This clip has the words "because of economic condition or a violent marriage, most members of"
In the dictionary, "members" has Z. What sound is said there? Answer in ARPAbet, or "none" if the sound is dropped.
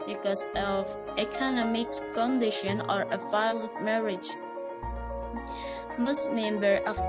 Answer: none